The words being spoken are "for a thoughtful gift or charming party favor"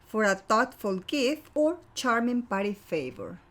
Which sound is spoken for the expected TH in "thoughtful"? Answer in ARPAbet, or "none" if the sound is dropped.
T